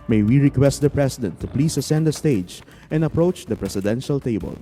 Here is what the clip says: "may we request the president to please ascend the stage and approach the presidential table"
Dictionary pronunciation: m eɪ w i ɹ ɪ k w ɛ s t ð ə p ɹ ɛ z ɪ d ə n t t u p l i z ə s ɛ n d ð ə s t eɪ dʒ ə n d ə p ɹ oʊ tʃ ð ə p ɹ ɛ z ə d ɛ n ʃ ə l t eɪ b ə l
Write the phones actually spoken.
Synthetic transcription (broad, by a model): m eɪ w i ɹ ɪ k w ɛ s t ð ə p ɹ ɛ s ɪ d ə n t t u p l i s ə s ɛ n d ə s t eɪ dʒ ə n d ə p ɹ oʊ tʃ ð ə p ɹ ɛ s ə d ɛ n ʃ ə l t eɪ b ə l